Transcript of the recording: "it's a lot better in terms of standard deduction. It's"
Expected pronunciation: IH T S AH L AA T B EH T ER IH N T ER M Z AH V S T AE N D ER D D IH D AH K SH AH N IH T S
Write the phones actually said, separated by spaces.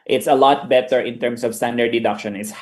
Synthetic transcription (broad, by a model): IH T S AH L AA T B EH T ER IH N T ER M S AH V S T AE N D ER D D IH D AH K SH AH N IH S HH